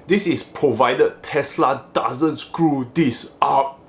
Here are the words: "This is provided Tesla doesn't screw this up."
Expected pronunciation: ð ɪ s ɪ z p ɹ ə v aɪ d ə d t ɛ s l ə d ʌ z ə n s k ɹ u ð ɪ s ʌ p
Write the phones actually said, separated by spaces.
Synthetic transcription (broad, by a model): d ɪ s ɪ s p ɹ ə v aɪ d ə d t ɛ s l ə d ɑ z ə n s k ɹ u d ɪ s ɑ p